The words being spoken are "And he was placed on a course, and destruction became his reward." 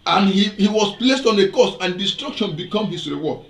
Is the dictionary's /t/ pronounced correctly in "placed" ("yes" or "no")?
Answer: yes